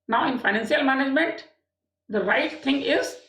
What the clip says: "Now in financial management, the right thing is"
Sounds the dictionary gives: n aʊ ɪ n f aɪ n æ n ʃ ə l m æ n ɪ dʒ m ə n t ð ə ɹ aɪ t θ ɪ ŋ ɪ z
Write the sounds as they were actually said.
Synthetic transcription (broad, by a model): n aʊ ɪ n f aɪ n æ n s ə l m æ n ɪ dʒ m ə n t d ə ɹ aɪ t t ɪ ŋ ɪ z